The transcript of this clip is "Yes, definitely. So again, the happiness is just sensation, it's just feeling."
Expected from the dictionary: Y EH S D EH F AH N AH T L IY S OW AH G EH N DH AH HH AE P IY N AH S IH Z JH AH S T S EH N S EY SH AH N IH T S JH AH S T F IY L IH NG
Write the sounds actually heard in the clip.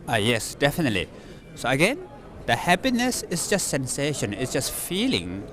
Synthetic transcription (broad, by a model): Y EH S D EH F AH N AH T L IY S OW AH G EH N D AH HH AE P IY N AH S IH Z JH AH S T S EH N S EY SH AH N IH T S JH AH S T F IY L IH NG